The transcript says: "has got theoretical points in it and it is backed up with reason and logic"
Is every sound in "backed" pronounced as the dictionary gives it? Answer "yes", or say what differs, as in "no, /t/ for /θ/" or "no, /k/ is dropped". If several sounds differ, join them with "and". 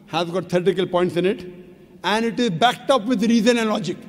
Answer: yes